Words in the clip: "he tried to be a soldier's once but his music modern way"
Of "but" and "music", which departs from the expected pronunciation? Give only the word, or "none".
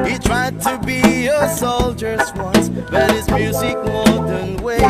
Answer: none